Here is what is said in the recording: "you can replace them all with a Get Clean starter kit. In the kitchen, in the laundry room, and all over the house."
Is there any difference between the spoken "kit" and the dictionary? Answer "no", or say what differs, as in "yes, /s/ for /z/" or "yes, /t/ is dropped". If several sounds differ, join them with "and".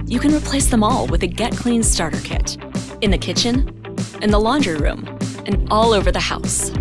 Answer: no